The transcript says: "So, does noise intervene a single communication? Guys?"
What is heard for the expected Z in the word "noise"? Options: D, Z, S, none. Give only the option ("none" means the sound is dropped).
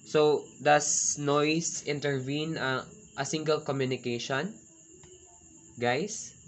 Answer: S